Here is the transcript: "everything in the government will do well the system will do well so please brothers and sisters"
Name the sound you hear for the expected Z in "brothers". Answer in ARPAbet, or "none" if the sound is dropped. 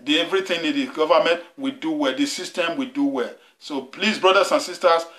S